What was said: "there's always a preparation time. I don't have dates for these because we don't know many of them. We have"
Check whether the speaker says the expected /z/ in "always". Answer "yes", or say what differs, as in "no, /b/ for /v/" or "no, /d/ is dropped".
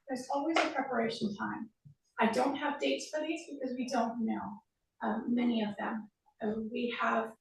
yes